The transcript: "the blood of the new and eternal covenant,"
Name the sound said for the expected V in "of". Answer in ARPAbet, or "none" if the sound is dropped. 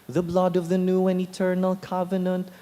V